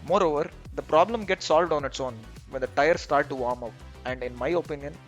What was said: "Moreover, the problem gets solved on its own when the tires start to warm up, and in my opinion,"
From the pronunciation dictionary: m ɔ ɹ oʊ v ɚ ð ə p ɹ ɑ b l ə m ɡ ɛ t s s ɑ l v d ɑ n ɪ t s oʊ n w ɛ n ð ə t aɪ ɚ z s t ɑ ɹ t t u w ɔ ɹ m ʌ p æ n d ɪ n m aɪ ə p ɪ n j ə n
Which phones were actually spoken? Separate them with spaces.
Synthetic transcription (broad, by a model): m ɔ ɹ oʊ v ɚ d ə p ɹ ɑ b l ə m ɡ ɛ t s s ɑ l v d ɑ n ɪ t s oʊ n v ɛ n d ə t aɪ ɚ s t ɑ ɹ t t u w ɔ ɹ m ʌ p æ n d ɪ n m aɪ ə p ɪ n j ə n